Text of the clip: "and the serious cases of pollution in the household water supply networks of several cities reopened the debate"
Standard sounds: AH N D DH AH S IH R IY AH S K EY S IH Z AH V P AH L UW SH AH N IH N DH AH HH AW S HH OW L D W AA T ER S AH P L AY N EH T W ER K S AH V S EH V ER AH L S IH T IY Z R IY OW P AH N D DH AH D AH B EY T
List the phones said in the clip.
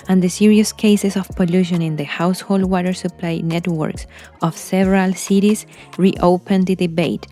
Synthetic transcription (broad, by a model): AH N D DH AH S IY R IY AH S K EY S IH S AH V P AH L UW SH AH N IH N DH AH HH AW S HH OW L D W AA T ER S AH P L AY N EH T W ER K S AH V S EH V ER AH L S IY T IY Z R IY OW P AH N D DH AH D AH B EY T